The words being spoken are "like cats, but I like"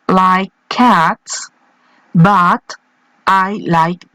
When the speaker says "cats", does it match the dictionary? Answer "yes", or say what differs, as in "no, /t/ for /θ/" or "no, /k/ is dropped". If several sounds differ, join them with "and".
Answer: yes